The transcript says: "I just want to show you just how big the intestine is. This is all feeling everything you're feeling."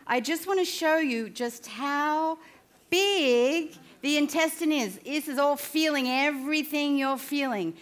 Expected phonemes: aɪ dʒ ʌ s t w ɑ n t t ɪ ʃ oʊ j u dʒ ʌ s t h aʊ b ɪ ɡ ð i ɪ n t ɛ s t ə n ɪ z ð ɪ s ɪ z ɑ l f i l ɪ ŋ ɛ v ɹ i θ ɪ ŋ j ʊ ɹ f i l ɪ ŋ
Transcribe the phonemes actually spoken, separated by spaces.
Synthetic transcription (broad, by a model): aɪ dʒ ʌ s t w ɑ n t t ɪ ʃ oʊ j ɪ dʒ ʌ s t h aʊ b ɪ ɡ ð i ɪ n t ɛ s t ə n ɪ z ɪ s ɪ z ɑ l f i l ɪ ŋ ɛ v ɹ i θ ɪ ŋ j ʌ ɹ f i l ɪ ŋ